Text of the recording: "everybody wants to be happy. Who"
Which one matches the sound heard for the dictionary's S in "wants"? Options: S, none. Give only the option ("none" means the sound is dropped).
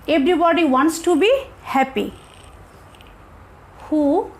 S